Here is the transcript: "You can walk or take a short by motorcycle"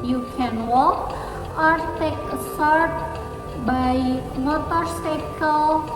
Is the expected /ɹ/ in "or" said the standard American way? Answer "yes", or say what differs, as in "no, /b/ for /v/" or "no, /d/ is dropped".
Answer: yes